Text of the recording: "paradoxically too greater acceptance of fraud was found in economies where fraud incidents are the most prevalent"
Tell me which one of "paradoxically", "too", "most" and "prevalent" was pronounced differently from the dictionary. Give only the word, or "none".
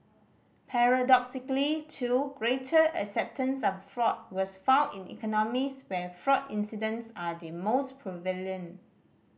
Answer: prevalent